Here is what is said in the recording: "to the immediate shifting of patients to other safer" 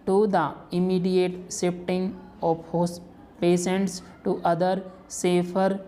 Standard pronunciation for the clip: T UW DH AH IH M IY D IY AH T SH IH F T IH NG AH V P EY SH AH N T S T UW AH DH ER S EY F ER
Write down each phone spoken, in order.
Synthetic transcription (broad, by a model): T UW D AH IH M IY D IY AH T S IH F T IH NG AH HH P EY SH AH N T S T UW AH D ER S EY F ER